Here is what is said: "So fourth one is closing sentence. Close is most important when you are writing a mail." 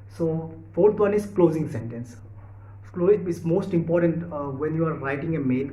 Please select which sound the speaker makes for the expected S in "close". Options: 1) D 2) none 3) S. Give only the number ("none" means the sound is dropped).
2